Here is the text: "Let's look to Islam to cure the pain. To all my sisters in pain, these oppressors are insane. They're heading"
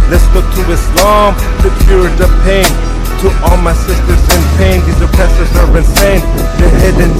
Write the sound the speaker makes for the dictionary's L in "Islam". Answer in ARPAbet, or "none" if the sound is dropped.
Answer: L